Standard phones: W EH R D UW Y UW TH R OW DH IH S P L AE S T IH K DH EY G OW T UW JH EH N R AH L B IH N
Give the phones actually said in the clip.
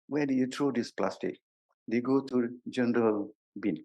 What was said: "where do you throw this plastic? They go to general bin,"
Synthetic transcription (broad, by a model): W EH D UW Y UW T R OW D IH S P L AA S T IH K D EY G OW T UW JH EH N R AH L B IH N